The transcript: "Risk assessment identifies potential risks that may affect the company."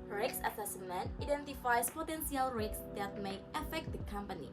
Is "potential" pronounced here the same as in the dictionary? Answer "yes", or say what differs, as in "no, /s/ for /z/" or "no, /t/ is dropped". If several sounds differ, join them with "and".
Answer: no, /s/ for /ʃ/